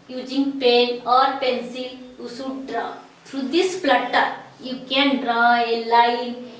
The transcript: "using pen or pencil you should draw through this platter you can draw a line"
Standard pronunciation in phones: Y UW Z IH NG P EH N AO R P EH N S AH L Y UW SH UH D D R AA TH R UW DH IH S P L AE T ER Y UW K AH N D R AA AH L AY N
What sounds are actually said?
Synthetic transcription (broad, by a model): Y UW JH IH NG P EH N AO R P EH N S AH L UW S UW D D R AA T R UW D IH S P L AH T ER Y UW K AH N D R AA AH L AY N